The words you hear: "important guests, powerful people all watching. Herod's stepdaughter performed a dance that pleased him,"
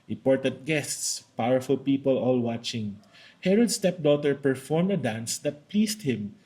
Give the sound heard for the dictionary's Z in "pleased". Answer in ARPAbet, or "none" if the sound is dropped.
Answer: S